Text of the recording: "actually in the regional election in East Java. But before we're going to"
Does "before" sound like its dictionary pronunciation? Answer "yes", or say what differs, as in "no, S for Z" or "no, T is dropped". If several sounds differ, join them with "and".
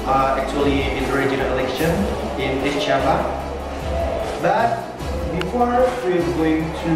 yes